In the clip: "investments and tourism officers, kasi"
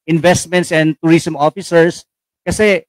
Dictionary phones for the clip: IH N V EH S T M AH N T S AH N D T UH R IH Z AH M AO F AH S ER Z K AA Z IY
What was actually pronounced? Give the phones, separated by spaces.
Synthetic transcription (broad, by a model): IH N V EH S T M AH N T S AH N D T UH R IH S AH M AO F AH S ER S K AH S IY